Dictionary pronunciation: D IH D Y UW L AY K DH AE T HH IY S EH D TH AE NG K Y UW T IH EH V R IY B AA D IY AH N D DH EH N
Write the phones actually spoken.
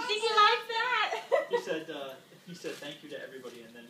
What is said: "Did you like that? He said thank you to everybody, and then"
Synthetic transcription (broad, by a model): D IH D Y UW L AY K DH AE T HH IY S EH D TH AE NG K Y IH T IH EH V R IY B AA D IY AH N DH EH N